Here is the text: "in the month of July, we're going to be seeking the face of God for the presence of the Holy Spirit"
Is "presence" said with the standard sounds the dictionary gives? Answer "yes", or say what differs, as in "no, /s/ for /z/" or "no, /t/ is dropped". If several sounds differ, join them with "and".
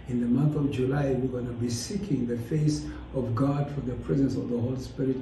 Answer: yes